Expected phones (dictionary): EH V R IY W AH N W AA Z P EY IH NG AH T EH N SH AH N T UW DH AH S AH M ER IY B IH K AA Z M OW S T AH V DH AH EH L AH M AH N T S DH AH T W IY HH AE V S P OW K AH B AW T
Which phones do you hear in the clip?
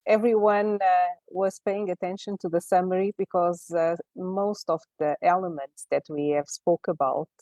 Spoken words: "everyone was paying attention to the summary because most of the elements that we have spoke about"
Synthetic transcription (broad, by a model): EH V R IY W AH N W AA Z P EY IH NG AH T EH N SH AH N T UW DH AH S AH M ER IY B IH K AA Z M OW S T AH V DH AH EH L AH M AH N T S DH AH T W IY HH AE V S P OW K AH B AW T